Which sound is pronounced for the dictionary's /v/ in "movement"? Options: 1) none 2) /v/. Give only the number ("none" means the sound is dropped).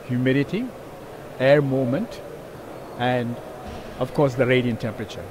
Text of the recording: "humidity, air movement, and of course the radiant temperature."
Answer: 1